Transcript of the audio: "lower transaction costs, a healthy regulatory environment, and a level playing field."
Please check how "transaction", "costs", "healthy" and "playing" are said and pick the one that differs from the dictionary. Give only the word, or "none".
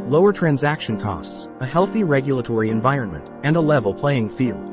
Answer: none